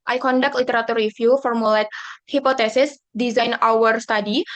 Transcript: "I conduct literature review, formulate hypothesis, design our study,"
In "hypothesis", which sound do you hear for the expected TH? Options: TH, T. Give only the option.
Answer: T